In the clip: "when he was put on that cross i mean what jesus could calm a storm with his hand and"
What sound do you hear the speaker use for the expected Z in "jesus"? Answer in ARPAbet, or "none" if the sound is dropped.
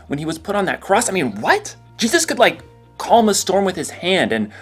Z